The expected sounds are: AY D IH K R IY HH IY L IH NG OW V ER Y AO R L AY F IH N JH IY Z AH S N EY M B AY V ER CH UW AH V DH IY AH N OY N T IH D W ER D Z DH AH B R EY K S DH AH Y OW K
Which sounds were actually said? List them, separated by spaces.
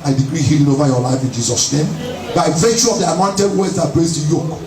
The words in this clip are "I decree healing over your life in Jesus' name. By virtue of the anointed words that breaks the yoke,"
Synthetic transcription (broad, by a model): AY D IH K R IY HH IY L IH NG OW V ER Y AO L AY F IH N JH IY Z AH S N EY M B AY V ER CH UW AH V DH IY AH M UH N T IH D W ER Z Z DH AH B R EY S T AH Y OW K